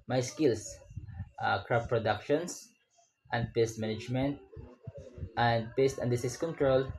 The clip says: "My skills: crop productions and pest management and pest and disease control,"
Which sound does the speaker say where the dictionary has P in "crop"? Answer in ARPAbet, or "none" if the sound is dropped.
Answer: F